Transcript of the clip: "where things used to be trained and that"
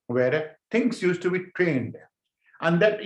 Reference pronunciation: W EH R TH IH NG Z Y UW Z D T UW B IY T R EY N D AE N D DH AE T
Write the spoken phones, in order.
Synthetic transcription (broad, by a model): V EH R T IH NG S Y UW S T UW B IY T R EY N D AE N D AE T